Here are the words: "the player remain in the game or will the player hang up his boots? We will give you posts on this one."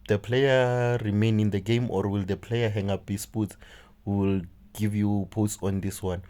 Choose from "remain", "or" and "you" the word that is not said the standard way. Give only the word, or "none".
none